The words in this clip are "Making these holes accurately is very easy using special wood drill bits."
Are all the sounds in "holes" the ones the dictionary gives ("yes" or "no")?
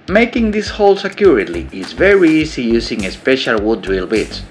no